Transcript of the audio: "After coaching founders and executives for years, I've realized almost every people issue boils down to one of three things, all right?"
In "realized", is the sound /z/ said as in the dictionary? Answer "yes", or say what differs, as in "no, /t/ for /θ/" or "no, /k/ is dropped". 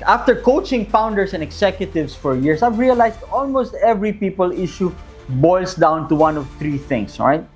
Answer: no, /s/ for /z/